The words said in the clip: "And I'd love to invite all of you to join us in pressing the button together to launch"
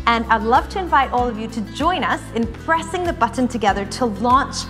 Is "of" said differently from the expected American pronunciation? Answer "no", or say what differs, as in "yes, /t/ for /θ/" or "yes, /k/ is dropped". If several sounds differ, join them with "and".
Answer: no